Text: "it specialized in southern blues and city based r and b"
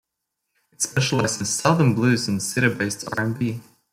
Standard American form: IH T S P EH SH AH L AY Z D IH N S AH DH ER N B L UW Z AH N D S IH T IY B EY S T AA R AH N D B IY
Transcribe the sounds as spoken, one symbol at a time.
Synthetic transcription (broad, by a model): IH T S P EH SH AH L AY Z IH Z S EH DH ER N B L UW Z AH N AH S IH T IY B EY S T AA R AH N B IY